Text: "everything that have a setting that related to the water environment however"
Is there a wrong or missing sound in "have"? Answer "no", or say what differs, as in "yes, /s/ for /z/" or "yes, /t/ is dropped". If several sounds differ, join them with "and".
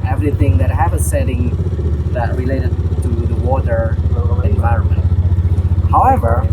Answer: yes, /p/ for /v/